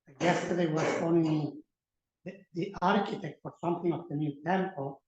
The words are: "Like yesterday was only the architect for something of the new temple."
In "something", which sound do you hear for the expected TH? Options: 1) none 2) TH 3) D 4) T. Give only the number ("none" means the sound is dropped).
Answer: 4